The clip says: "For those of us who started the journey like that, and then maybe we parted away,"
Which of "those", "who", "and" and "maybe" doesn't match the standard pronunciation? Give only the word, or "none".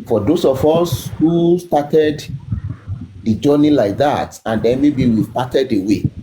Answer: those